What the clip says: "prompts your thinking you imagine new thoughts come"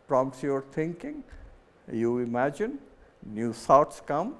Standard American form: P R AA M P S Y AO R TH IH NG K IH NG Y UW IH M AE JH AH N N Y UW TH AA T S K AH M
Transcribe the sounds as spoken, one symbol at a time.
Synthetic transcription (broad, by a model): P R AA M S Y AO R T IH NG K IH NG Y UW IH M AE JH AH N N Y UW S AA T S K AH M